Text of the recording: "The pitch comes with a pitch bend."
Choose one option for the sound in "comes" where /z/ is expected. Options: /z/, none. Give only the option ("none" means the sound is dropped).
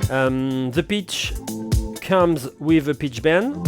/z/